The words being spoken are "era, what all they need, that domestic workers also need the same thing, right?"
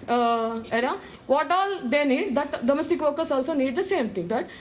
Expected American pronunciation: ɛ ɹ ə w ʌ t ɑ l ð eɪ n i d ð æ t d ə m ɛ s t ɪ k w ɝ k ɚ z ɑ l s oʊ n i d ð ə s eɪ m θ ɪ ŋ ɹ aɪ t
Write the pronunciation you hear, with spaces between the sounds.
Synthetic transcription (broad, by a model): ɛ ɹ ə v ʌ t ɑ l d eɪ n i d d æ t d ə m ɛ s t ɪ k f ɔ k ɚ s ɑ l s oʊ n i d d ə s eɪ m t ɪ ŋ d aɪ t